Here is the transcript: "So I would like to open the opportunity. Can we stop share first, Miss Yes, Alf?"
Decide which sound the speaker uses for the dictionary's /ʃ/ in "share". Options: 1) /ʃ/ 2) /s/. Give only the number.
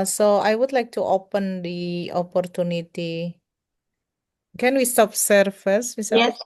2